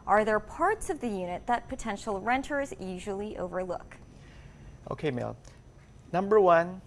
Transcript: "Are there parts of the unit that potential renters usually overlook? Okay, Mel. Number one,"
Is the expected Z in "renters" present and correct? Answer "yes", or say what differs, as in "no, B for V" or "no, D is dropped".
yes